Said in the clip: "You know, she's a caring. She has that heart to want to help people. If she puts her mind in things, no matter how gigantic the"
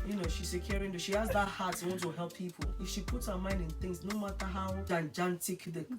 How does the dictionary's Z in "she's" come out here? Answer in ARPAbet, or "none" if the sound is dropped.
S